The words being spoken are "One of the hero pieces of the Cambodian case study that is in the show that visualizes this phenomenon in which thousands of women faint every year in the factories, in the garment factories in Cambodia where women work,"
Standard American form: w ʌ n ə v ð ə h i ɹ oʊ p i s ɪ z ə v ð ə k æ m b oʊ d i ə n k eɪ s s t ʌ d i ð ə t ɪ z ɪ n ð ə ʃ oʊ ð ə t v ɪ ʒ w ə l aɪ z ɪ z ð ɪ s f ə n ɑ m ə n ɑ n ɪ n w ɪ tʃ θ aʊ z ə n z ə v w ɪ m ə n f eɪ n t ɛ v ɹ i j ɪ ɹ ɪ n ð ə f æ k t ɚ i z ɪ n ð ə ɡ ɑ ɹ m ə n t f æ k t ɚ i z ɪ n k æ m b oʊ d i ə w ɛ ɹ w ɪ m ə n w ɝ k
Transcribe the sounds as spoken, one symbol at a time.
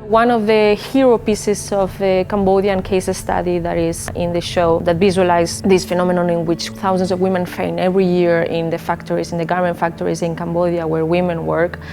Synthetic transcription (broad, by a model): w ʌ n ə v ð ə h i ɹ oʊ p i s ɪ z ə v ð ə k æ m b oʊ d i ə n k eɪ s s t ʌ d i ð ə t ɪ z ɪ n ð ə ʃ oʊ ð ə t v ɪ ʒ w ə l aɪ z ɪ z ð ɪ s f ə n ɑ m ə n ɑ n ɪ n w ɪ tʃ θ aʊ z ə n s ə v w ɪ m ə n f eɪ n ɛ v ɹ i j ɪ ɹ ɪ n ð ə f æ k t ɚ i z ɪ n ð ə ɡ ɑ ɹ m ə n t f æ k t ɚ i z ɪ n k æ m b oʊ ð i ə w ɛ ɹ w ɪ m ə n w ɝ k